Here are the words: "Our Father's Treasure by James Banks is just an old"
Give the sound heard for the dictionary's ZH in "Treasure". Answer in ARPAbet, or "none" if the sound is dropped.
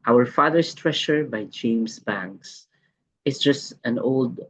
SH